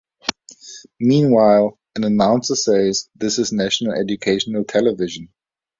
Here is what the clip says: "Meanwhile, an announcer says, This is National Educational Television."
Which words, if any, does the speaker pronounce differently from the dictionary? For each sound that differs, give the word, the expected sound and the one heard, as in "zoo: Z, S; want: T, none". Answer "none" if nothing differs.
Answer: none